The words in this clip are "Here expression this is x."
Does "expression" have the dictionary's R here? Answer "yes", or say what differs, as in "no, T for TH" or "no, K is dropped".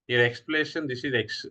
no, L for R